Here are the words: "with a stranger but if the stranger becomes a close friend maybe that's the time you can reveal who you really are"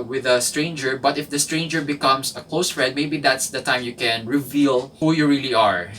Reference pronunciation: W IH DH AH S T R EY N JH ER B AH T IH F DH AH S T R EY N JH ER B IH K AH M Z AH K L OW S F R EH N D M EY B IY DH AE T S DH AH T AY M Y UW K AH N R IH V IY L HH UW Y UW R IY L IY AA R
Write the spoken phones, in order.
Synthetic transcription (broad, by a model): W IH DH AH S T R EY N JH ER B AH T IH F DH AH S T R EY N JH ER B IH K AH M S AH K L OW S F R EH D M EY B IY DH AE T S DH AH T AY M Y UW K AH N R IH V IY L HH UW Y UW R IY L IY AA R